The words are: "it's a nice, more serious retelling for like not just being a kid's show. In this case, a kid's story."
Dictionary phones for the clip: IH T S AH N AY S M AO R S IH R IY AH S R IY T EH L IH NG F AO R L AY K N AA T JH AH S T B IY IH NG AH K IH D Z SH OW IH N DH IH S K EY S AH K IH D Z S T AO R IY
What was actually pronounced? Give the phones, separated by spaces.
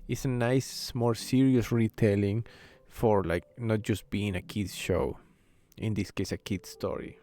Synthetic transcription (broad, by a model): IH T S AH N AY S M AO R S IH R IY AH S R IY T EH L IH NG F AO R L AY K N AA T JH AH S T B IY IH NG AH K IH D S SH OW IH N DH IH S K EY S AH K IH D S T AO R IY